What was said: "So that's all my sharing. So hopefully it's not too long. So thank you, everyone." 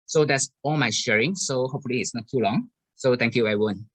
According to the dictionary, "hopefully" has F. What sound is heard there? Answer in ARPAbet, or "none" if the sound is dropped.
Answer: F